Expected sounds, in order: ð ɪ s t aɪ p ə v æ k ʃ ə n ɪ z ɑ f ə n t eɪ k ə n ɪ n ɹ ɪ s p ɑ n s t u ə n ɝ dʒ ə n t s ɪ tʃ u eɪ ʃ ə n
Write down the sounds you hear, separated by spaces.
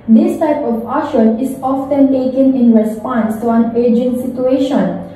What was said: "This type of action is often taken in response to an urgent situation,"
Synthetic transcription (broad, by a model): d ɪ s t aɪ p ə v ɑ ʃ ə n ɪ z ɑ f ə n t eɪ k ə n ɪ n ɹ ɪ s p ɑ n s t u ə n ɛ dʒ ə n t s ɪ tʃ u eɪ ʃ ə n